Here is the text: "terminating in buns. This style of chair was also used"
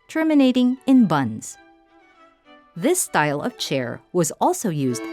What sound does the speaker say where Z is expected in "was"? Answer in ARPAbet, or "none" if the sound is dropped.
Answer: Z